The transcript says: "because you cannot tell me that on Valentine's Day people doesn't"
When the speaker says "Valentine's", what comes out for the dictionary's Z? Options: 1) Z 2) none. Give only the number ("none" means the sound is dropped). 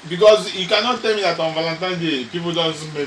2